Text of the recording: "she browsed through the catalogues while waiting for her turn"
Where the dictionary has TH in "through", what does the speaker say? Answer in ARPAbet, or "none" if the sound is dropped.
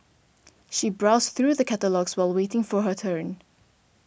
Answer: TH